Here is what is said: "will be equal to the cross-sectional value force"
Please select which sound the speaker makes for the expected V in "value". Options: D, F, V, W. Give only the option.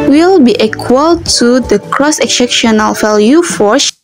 F